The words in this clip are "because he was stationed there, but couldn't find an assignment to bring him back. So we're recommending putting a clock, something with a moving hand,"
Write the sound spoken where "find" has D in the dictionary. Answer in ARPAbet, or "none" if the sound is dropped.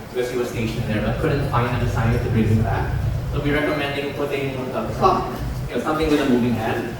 none